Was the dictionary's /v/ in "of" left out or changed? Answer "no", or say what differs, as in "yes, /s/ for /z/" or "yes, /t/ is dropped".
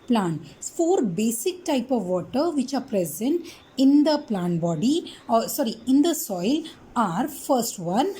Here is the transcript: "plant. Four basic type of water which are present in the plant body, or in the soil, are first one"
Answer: no